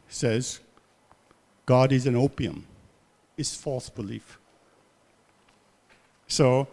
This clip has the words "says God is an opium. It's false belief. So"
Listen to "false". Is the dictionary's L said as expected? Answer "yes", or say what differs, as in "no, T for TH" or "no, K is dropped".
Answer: yes